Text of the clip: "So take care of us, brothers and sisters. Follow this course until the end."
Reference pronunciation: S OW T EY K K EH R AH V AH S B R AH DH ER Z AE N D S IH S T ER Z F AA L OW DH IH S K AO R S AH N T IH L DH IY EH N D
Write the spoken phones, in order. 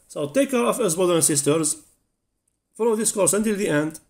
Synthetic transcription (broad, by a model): S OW T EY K K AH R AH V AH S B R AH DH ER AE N S IH S T ER Z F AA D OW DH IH S K AO R S AH N T IH L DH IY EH N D